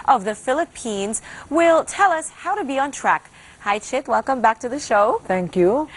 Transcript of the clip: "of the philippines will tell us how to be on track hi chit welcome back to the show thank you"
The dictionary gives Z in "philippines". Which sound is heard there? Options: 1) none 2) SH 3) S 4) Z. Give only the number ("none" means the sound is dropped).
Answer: 4